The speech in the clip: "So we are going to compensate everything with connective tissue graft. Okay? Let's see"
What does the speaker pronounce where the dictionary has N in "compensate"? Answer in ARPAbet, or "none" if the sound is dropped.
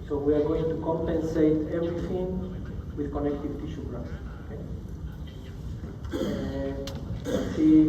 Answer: N